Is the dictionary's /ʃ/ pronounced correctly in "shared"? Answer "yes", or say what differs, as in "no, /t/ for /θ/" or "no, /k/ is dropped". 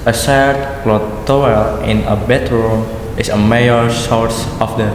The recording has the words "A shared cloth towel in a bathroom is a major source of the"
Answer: no, /s/ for /ʃ/